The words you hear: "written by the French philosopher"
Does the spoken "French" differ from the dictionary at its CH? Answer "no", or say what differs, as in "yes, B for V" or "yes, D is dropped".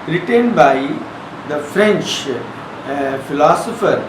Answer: no